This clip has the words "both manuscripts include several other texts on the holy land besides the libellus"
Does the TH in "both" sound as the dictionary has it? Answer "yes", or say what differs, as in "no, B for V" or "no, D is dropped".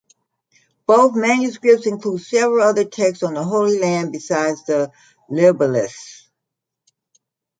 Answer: yes